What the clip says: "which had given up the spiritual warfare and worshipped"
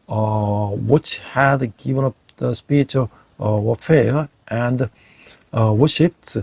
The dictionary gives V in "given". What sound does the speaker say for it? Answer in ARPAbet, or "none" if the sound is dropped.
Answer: V